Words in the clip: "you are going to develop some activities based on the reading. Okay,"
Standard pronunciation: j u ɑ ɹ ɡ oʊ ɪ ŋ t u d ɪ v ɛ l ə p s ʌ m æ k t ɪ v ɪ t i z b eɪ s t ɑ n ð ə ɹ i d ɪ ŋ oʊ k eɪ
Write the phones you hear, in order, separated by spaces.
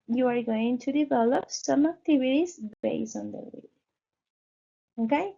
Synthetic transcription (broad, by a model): j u ɑ ɹ ɡ oʊ ɪ ŋ t u d ɪ v ɛ l ə p s ʌ m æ k t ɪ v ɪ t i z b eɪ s ɑ n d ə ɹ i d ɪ oʊ k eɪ